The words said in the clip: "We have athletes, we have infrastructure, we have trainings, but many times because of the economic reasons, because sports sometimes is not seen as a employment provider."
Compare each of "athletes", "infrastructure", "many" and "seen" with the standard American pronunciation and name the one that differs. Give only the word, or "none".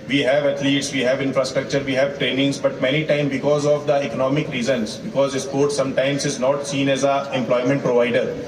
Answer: athletes